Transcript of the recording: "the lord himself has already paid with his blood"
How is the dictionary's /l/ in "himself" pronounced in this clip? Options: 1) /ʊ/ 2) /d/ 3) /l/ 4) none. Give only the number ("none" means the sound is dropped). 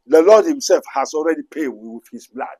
3